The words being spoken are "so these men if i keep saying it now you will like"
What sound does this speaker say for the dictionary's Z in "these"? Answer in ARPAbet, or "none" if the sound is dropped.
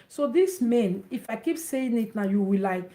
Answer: S